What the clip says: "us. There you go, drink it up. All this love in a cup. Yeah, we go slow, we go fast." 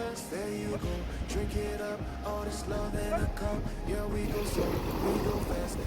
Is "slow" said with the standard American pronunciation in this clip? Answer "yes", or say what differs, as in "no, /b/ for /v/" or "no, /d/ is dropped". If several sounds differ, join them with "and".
no, /l/ is dropped